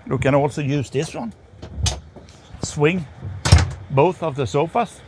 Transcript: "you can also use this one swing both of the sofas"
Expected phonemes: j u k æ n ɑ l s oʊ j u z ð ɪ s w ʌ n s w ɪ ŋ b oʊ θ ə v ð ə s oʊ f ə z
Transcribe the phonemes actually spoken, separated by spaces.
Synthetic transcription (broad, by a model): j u k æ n ɑ l s oʊ j u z ð ɪ s w ʌ n s w ɪ ŋ b oʊ θ ə v ð ə s oʊ f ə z